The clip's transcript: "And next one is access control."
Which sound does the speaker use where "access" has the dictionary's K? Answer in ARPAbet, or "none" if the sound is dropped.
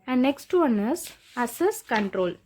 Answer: none